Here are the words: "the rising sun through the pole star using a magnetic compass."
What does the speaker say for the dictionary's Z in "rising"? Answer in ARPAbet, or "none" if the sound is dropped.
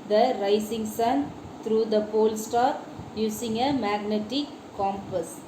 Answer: S